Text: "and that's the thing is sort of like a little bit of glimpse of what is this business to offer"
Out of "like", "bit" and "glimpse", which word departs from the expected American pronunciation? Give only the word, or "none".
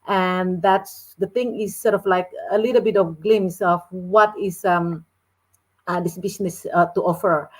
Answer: glimpse